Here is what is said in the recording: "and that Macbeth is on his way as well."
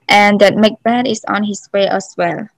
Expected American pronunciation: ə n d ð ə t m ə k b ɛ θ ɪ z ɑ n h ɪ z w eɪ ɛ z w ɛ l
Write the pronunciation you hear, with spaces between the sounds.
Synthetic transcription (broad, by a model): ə n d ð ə t m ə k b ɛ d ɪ s ɑ n h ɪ s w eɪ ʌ s w ɛ l